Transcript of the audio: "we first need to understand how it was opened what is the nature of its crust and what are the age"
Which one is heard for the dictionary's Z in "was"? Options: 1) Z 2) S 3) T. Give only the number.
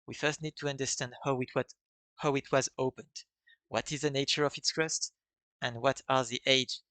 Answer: 1